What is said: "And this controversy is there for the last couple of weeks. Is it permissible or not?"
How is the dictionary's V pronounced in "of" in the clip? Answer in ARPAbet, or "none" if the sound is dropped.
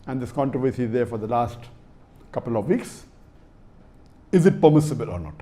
V